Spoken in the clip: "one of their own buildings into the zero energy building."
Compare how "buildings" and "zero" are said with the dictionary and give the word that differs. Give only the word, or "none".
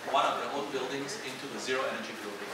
none